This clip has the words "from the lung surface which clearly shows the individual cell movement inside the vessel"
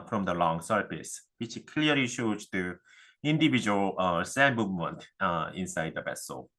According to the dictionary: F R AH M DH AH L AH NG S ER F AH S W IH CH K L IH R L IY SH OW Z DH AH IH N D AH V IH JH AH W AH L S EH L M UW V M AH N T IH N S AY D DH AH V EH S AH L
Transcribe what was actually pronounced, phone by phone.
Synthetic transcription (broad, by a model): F R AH M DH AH L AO NG S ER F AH S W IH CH K L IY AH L IY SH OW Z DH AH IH N D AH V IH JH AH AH L S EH N M UW V M AH N T IH N S AY D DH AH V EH S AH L